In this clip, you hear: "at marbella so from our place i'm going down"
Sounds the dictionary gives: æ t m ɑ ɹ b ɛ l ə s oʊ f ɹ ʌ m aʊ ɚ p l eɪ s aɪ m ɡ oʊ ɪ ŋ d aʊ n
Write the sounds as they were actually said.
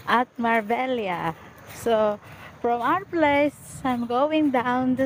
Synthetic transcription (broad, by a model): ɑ t m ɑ ɹ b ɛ l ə s oʊ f ɹ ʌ m aʊ ɚ p l eɪ s aɪ m ɡ oʊ ɪ ŋ d aʊ n